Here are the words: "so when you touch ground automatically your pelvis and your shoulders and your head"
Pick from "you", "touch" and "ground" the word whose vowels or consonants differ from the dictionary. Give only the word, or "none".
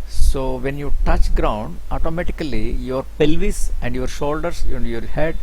none